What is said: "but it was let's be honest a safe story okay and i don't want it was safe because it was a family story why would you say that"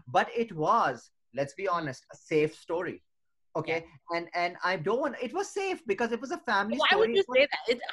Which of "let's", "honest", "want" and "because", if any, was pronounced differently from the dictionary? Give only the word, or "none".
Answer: want